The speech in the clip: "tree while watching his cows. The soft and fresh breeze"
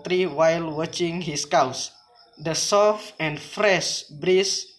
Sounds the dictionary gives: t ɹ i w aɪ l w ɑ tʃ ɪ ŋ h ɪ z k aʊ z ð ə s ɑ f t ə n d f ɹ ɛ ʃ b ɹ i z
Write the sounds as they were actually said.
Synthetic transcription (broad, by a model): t ɹ i w aɪ l w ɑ tʃ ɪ ŋ h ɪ s k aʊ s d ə s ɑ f ə n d f ɹ ɛ ʃ b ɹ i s